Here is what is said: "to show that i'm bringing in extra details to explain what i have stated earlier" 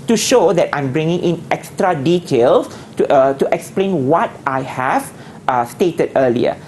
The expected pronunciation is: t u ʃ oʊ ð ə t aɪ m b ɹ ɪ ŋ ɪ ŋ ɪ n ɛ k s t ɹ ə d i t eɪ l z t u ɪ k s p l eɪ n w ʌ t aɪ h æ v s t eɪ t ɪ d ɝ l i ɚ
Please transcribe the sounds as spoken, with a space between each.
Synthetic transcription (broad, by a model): t u ʃ oʊ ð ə t aɪ m b ɹ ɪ ŋ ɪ ŋ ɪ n ɛ k s t ɹ ə d i t eɪ l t t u ɪ k s p l eɪ n w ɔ t aɪ h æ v s t eɪ t ɪ d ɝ l i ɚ